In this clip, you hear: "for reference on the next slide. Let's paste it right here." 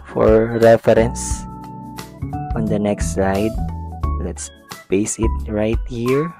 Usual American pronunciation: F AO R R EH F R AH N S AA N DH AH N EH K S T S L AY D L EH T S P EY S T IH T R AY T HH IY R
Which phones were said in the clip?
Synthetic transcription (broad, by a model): F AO R R EH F R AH N S AA N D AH N EH K S T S AY D L EH T S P EY S IH T R AY T HH IY R